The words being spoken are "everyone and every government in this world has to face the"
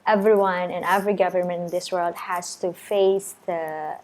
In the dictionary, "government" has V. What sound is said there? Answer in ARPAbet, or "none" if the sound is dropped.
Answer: V